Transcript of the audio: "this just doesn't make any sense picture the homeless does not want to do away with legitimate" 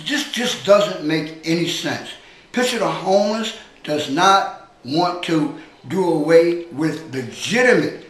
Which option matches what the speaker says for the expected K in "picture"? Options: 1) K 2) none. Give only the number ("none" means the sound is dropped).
2